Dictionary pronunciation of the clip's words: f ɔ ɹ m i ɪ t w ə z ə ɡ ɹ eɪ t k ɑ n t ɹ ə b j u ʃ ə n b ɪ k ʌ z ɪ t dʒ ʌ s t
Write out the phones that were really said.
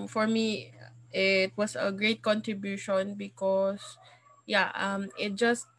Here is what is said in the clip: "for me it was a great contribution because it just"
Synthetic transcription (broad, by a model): f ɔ ɹ m i ɪ t w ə s ə ɡ ɹ eɪ t k ɑ n t ɹ ə b j u ʃ ə n b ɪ k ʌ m ɪ t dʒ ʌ s t